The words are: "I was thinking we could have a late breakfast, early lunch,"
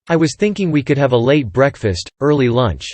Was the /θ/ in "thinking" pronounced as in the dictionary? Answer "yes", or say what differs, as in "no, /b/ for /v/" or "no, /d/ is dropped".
yes